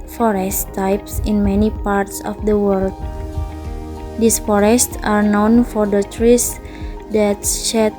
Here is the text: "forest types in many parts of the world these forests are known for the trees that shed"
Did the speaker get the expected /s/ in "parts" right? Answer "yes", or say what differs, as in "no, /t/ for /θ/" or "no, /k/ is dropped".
yes